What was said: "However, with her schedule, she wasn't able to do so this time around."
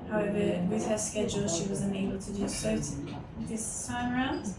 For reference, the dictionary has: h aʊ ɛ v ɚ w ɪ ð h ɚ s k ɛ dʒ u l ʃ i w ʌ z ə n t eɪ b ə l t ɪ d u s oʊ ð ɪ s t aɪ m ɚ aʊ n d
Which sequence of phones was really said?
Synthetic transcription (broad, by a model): h aʊ ɛ v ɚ w ɪ ð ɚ s k ɛ dʒ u l ʃ i w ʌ z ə n eɪ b l t ɪ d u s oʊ ð ɪ s t aɪ m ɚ aʊ n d